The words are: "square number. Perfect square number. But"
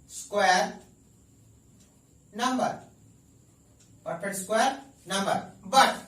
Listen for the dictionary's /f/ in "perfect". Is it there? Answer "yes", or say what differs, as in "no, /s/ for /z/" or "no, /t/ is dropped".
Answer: no, /p/ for /f/